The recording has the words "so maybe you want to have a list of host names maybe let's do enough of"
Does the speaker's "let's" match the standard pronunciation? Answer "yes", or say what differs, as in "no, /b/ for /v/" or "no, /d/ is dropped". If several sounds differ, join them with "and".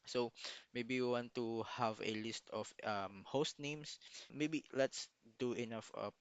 yes